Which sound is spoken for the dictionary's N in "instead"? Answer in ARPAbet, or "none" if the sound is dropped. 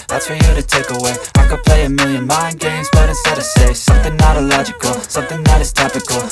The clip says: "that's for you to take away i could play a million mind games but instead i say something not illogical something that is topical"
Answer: none